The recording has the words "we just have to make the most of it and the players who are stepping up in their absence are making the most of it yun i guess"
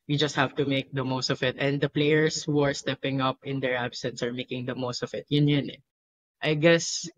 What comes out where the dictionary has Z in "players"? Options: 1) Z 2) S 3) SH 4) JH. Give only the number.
2